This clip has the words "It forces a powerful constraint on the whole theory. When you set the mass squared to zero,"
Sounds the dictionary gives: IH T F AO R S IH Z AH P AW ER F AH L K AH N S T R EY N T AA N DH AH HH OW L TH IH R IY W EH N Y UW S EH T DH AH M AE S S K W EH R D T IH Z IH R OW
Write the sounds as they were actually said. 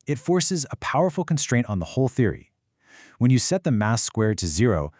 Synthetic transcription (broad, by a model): IH T F AO R S IH Z AH P AW ER F L K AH N S T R EY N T N DH AH HH OW L TH IH R IY W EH N Y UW S EH T DH AH M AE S S K W EH R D T IH Z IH R OW